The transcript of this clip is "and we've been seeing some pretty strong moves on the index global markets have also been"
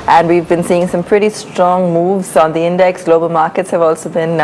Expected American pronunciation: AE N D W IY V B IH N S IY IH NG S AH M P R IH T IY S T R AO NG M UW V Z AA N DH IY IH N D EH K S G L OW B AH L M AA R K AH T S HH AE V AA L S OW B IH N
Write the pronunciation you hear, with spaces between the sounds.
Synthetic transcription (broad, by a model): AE N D W IY V B IH N S IY IH NG S AH M P R IH T IY S T R AO NG M UW V Z AA N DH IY IH N D EH K S G L OW B AH L M AA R K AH T S HH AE V AA L S OW B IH N